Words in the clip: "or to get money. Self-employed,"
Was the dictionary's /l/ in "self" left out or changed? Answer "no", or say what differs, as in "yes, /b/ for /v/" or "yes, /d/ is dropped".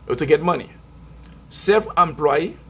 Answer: yes, /l/ is dropped